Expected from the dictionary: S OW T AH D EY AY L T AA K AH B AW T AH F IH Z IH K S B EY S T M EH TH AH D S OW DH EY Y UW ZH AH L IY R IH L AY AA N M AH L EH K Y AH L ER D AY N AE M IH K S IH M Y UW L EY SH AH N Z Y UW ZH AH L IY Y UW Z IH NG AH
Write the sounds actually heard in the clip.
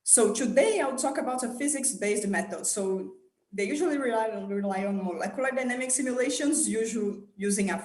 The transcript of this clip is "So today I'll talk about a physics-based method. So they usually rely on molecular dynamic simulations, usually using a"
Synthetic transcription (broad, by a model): S OW T AH D EY AY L T AA K AH B AW T AH F IH Z IH K S B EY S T M EH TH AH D S OW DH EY Y UW ZH AH L IY R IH L AY AA N M AH L EH K Y AH L ER D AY N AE M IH K S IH M Y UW L EY SH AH N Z Y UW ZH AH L Y UW Z IH NG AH